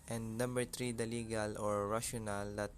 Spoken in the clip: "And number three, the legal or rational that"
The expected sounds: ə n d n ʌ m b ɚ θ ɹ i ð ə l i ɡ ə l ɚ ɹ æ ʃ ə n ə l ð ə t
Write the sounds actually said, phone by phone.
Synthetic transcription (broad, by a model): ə n d n ʌ m b ɚ t ɹ i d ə l i ɡ ə l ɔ ɹ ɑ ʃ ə n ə l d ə t